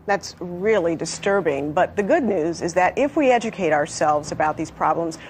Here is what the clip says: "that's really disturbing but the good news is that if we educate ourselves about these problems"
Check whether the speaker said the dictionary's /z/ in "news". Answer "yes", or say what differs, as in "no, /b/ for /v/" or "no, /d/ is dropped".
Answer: yes